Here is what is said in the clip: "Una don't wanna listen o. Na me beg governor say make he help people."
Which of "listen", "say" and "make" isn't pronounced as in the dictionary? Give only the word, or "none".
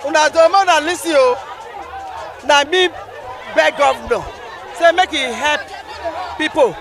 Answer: listen